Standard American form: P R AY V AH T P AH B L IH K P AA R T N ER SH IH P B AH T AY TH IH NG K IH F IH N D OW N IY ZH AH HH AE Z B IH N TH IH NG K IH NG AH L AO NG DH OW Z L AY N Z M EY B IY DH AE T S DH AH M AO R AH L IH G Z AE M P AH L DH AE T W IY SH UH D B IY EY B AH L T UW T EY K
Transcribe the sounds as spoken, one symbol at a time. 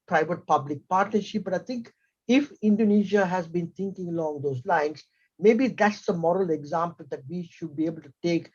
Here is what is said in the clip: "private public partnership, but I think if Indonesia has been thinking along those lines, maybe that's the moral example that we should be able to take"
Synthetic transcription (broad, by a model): P R AY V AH T P AH B L IH K P AA R T N ER SH IH P B AH T AY T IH NG K IH F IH N D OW N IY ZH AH HH AE Z B IH N T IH NG K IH NG AH L AO NG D OW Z L AY N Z M EY B IY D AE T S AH M AO R AH L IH G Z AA M P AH L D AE T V IY SH UH D B IY EY B AH L T UW T EY K